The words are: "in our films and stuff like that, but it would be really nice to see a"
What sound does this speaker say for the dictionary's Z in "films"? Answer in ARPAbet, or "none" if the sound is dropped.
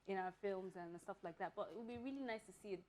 Z